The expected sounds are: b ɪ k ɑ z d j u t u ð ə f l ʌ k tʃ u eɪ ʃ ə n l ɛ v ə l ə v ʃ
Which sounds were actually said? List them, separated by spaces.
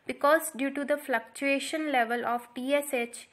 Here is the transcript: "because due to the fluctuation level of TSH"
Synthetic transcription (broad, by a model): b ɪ k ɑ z d j u t u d ə f l ʌ k tʃ u eɪ ʃ ə n l ɛ v ə l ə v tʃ